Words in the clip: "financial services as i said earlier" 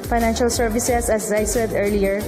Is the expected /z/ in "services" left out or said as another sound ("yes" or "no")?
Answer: yes